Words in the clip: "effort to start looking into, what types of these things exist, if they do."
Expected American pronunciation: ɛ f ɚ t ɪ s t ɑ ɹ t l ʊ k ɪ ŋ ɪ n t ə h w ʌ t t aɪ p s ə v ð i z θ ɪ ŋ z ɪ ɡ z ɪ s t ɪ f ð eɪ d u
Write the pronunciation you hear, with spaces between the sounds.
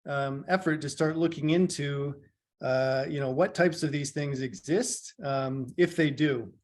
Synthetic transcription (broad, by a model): ɛ f ɚ t ɪ s t ɑ ɹ t l ʊ k ɪ ŋ ɪ n t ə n w ʌ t t aɪ p s ə v ð i z θ ɪ ŋ z ɪ ɡ z ɪ s t ɪ f ð eɪ d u